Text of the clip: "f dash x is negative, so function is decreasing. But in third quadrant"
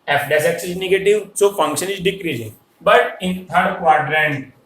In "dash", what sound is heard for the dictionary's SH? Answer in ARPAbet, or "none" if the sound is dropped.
S